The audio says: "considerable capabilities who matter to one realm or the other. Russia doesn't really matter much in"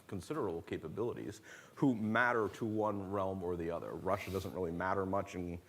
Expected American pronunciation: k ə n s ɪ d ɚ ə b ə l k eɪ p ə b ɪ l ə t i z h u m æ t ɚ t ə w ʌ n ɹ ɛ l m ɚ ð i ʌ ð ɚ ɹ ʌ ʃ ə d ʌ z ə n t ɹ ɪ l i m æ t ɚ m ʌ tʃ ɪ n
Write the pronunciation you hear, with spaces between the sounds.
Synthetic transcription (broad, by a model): k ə n s ɪ d ɚ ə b l k eɪ p ə b ɪ l ə t i z h u m æ t ɚ t ə w ʌ n ɹ ɛ l m ɚ ð i ʌ ð ɚ ɹ ʌ ʃ ə d ʌ z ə n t ɹ ɪ l i m æ t ɚ m ʌ tʃ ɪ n